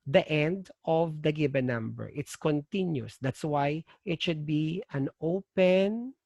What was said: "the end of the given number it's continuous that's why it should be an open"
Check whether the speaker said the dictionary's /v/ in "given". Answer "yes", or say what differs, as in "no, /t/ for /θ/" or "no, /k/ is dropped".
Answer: no, /b/ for /v/